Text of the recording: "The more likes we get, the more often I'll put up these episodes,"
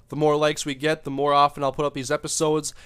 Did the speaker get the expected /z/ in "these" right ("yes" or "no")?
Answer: yes